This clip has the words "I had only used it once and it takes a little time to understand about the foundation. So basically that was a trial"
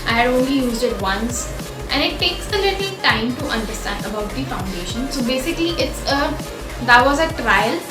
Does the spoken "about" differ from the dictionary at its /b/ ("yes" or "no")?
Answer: no